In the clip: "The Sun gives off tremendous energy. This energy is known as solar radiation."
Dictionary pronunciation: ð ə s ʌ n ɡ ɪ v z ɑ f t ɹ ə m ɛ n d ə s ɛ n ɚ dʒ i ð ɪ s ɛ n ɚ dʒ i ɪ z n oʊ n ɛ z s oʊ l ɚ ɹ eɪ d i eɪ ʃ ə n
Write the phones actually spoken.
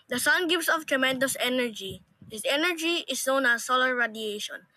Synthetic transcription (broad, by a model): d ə s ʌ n ɡ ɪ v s ɑ f t ɹ ə m ɛ n d ə s ɛ n ɚ dʒ i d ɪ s ɛ n ɚ dʒ i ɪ s n oʊ n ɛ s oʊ l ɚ ɹ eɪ d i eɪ ʃ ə n